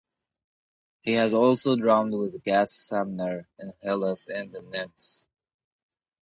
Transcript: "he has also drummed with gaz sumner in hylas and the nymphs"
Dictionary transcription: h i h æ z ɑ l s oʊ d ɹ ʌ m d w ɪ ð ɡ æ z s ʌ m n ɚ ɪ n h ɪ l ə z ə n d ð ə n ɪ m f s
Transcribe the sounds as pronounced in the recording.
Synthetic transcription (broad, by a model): h i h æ z ɑ l s oʊ d ɹ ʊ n d w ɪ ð ɡ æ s s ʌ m n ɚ ɪ n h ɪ l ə s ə n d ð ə n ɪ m s